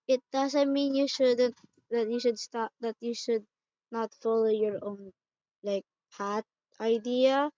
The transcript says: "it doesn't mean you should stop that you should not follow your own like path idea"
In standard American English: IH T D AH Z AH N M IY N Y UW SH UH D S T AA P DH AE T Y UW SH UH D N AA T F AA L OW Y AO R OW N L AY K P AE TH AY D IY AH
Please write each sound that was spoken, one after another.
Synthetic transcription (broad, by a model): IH T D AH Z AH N M IY N Y UW SH UH D S T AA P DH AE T Y UW SH UH D N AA T F AA L OW Y AO R OW N L AY K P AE T AY D IY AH